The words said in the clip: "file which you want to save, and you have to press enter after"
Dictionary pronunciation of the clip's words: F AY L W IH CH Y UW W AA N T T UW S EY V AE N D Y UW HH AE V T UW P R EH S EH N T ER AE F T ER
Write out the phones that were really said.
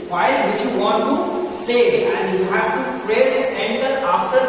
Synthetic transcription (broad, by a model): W AY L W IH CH Y UW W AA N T T UW S EY AE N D Y UW HH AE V T UW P R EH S EH N T ER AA F T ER